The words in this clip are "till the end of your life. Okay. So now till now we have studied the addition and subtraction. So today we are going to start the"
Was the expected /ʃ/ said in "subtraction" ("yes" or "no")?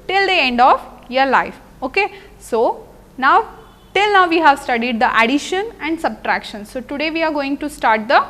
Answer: yes